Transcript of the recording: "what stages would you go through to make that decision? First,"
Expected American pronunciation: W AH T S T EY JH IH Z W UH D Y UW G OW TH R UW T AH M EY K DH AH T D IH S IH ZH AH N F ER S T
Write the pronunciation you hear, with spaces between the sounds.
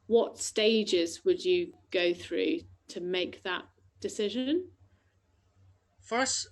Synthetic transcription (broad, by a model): W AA T S T EY JH IH Z W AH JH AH G OW TH R UW T AH M EY K DH AH T D IH S IH ZH AH N F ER S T